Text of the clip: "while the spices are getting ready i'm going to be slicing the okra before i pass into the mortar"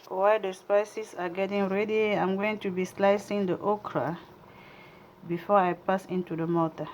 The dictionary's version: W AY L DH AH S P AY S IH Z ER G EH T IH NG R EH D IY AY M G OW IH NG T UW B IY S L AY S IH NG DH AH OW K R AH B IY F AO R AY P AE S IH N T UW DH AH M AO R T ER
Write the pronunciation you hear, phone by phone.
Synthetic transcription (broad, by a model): W AY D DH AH S P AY S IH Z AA G EH T IH NG R EH D IY AY M G OW IH NG T UW B IY S L AY S IH NG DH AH OW K R AH B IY F AO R AY P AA S IH N T UW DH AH M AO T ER